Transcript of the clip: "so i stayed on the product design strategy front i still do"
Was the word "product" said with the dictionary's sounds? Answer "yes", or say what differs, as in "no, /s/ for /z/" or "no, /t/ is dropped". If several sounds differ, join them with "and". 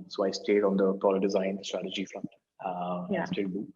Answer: no, /k/ is dropped